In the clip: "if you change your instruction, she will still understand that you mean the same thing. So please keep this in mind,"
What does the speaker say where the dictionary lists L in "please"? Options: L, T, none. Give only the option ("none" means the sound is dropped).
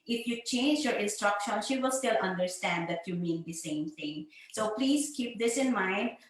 L